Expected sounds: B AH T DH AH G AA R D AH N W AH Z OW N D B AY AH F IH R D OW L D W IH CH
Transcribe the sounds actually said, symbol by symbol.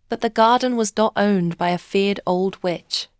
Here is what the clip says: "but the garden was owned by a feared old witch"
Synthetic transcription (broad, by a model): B AH T DH AH G AA R D N W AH Z OW N B AY AH F IH R D OW L D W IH CH